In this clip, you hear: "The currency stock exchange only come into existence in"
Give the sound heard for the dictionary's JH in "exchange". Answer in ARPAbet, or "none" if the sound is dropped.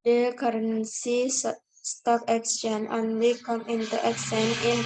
none